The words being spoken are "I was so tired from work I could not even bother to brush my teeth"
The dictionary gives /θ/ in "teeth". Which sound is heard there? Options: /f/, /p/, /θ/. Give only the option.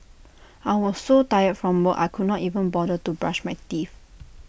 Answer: /f/